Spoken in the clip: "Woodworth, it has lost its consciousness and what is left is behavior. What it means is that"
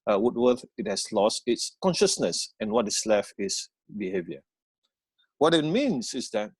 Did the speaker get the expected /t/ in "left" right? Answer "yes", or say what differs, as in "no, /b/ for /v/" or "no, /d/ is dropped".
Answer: no, /t/ is dropped